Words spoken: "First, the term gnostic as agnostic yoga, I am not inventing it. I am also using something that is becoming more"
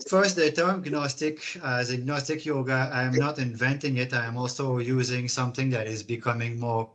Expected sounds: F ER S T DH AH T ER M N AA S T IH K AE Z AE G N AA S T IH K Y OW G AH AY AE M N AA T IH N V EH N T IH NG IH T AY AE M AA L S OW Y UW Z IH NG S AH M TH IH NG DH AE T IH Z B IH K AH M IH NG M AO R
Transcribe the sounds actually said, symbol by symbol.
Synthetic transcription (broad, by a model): F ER S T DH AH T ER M N AA S T IH K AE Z AE G N AA S T IH K Y OW G AH AY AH M N AA T IH N V EH N T IH NG IH T AY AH M AA L S OW Y UW Z IH NG S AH M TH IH NG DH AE T IH Z B IH K AH M IH NG M AO R